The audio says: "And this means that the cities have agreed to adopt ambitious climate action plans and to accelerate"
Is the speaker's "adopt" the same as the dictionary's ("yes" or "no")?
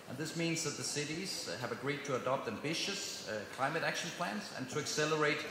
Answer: yes